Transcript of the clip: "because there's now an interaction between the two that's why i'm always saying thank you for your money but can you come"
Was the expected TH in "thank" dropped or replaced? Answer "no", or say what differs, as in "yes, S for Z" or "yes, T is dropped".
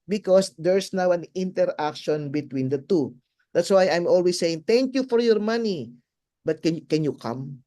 yes, T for TH